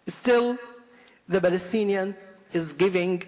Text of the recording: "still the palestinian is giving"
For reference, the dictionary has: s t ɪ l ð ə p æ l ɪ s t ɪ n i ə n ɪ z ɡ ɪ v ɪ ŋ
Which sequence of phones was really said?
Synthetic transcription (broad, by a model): s t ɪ l ð ə b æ l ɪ s t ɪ n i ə n ɪ z ɡ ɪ v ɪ ŋ